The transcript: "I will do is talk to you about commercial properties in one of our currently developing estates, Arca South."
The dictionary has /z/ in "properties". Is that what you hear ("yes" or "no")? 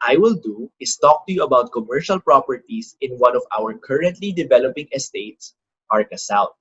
no